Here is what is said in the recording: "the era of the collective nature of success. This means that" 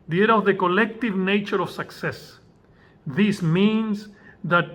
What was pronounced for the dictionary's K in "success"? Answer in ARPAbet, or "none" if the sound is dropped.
K